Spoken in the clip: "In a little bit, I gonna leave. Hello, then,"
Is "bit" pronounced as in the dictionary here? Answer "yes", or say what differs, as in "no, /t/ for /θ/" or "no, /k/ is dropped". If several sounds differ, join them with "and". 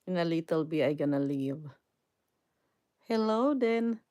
no, /t/ is dropped